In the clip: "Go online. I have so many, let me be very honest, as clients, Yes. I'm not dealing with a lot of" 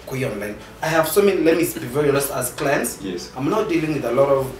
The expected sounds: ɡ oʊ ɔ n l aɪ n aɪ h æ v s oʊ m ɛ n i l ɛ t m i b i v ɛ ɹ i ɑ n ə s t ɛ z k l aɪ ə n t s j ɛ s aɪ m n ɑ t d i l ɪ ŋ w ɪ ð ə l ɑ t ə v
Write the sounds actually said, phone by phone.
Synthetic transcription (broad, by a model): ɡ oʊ ɔ n l aɪ n aɪ h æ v s oʊ m ɛ n i l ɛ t m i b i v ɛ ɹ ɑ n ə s ɑ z k l aɪ ə n t s j ɛ s aɪ m n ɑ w d i l ɪ ŋ w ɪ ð ə l ɑ t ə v